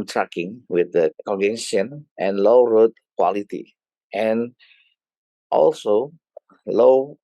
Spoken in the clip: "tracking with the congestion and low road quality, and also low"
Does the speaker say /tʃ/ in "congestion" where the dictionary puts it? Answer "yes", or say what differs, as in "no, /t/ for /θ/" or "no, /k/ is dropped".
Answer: no, /tʃ/ is dropped